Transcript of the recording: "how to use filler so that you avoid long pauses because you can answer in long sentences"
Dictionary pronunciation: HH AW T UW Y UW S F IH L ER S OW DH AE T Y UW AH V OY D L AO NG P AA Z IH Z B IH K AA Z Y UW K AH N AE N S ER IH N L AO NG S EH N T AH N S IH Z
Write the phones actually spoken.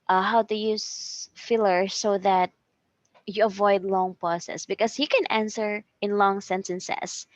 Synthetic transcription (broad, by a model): HH AW T UW Y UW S F IH L ER S OW DH AE T Y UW AH V OY D L AO NG P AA S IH S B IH K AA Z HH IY K AH N AE N S ER IH N L AO NG S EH N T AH N S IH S